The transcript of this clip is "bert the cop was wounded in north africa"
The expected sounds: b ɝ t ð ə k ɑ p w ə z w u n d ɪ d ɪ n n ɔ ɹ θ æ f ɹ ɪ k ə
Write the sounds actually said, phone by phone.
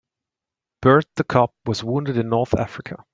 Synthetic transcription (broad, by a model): b ɝ t ð ə k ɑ p w ə z w u n d ɪ d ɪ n n ɔ ɹ θ æ f ɹ ɪ k ə